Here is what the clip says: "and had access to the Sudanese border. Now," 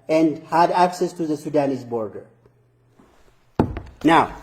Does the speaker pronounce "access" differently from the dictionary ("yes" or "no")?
no